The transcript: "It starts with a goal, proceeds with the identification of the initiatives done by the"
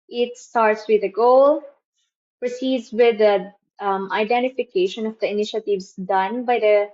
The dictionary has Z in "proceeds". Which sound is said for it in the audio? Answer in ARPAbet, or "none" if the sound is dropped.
S